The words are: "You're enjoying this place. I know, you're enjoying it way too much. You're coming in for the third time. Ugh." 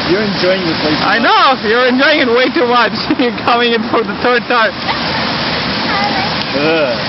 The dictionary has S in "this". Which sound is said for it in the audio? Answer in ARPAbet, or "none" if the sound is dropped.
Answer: none